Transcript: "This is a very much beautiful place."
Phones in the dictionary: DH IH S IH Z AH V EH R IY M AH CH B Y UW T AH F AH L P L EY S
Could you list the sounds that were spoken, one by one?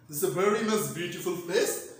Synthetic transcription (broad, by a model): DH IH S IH AH V EH R IY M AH S B Y UW T AH F AH L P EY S